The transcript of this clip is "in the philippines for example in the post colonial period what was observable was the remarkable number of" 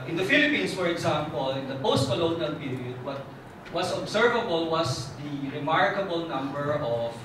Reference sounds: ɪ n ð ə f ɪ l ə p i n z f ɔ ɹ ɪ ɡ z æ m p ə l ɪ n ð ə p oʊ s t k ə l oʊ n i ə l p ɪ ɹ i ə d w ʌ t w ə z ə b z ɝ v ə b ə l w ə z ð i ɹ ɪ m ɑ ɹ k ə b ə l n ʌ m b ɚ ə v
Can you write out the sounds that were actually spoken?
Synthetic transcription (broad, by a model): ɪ n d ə f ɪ l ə p i n s f ɔ ɹ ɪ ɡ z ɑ m p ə l ɪ n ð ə p oʊ s t k ə l oʊ n i ə l p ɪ ɹ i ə d w ʌ t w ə s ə b s ɝ v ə b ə l w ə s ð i ɹ ɪ m ɑ ɹ k ə b ə l n ʌ m b ɚ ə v